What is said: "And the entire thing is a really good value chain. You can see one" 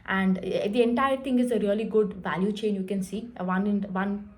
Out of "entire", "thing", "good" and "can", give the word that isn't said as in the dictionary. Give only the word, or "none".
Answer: thing